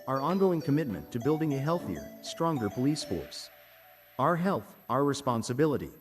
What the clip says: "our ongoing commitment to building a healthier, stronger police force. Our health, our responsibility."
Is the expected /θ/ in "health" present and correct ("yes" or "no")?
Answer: yes